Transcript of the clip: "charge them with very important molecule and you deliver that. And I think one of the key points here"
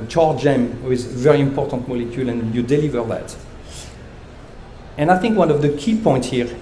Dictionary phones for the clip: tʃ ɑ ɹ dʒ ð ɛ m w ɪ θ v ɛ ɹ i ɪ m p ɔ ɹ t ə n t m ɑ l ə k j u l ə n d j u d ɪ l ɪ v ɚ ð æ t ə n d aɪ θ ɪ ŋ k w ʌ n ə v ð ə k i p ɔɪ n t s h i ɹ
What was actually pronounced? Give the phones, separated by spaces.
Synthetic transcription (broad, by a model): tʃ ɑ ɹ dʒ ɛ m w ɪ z v ɛ ɹ i ɪ m p ɔ ɹ t ə n t m ɑ l ə k j u l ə n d j u d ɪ l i v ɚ ð æ t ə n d aɪ θ ɪ ŋ k w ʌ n ə v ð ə k i p ɔɪ n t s h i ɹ